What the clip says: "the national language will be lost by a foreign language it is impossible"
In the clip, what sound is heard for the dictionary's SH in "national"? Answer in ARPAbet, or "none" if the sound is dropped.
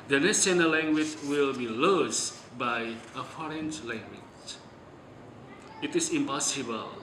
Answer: S